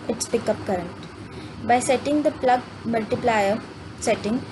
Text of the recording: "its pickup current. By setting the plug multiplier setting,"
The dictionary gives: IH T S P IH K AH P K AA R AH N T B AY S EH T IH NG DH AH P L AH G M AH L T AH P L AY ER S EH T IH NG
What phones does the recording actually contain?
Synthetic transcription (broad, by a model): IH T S P IH K AH P K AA R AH N T B AY S EH T IH NG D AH P L AH G M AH L T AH P L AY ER S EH T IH NG